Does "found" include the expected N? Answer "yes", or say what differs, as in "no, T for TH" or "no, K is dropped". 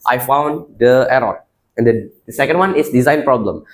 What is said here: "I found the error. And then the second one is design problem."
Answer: yes